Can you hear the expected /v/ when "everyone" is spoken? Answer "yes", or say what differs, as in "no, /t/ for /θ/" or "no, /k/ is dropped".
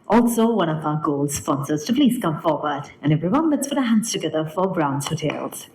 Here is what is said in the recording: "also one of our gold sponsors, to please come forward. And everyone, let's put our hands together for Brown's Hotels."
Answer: yes